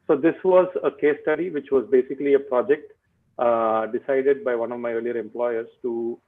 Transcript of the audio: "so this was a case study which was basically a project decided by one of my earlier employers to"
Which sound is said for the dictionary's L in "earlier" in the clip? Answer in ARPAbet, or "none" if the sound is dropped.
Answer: L